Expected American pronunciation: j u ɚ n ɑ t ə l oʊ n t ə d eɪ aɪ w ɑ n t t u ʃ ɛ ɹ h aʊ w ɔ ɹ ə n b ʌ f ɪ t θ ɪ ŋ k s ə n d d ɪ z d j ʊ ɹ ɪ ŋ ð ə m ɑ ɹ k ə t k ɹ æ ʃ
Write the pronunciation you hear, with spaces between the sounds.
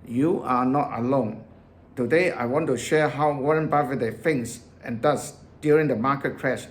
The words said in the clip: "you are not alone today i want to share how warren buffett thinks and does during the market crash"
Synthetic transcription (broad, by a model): j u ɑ n ɑ t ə l oʊ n t ə d eɪ aɪ w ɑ n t t u ʃ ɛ h aʊ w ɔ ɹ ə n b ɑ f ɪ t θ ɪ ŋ s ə n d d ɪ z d j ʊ ɹ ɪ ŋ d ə m ɑ k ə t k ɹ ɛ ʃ